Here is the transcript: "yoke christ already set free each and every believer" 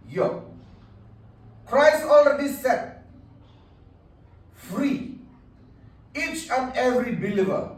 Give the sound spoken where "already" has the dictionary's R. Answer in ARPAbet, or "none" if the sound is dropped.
L